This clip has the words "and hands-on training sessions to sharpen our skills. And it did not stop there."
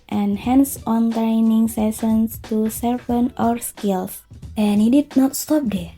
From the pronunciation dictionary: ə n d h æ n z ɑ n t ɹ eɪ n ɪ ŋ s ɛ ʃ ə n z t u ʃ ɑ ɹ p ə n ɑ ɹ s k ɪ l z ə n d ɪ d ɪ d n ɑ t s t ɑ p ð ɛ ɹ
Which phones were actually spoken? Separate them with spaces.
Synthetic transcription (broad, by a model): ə n h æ n s ɑ n t ɹ eɪ n ɪ ŋ s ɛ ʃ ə n s t u s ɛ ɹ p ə n ɑ ɹ s k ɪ l s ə n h ɪ d ɪ d n ɑ t s t ɑ p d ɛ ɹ